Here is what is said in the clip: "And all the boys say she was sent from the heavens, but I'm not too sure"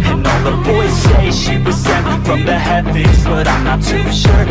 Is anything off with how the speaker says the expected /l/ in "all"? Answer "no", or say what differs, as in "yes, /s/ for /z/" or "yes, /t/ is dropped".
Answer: yes, /n/ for /l/